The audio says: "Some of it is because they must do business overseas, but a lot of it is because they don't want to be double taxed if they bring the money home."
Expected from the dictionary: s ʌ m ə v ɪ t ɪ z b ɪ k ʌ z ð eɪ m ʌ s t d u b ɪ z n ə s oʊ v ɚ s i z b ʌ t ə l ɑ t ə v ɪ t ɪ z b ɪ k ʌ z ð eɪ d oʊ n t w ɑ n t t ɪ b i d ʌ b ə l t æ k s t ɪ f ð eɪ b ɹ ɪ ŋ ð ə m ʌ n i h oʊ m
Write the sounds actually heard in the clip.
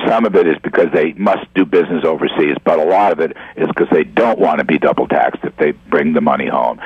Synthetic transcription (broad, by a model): s ʌ m ə v ɪ t ɪ z b ɪ k ʌ z ð eɪ m ʌ s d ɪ b ɪ z n ə s oʊ v ɚ s i z b ʌ t ə l ɑ t ə v ɪ t ɪ z k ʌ z ð eɪ d oʊ n t w ɑ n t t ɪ b i d ʌ b l t æ k s t ɪ f ð eɪ b ɹ ɪ ŋ ð ə m ʌ n i h oʊ m